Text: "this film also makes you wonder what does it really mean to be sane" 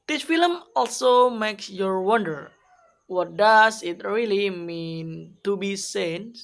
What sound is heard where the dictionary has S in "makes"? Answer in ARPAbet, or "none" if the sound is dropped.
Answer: S